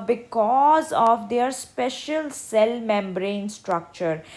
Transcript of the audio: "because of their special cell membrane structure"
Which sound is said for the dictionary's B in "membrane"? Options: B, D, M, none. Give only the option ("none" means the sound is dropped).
B